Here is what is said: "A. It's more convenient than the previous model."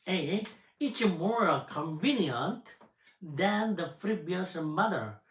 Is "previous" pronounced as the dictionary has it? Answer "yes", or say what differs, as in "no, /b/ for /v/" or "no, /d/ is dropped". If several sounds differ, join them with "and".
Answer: no, /f/ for /p/ and /b/ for /v/